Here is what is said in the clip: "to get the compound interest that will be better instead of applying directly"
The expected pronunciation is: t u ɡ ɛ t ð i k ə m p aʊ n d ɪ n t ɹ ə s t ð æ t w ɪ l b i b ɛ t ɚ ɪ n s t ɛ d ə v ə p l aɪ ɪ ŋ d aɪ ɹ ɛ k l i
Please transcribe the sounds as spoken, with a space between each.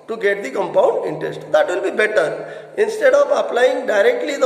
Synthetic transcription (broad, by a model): t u ɡ ɛ t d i k ə m p aʊ n d ɪ n t ɹ ə s t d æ t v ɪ l b i b ɛ t ɚ ɪ n s t ɛ d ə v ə p l aɪ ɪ ŋ d aɪ ɹ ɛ k l i